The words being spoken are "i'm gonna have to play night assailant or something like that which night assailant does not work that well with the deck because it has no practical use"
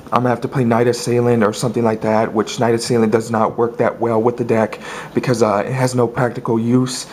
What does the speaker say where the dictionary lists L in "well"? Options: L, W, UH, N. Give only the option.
L